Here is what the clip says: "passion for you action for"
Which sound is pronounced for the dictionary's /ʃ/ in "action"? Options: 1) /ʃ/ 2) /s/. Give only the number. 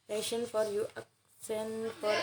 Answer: 2